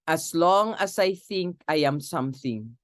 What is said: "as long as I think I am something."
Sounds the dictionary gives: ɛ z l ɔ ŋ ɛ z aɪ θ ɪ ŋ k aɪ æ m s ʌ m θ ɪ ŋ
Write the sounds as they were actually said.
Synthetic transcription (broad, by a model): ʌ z l ɔ ŋ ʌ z aɪ θ ɪ ŋ k aɪ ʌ m s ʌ m θ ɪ ŋ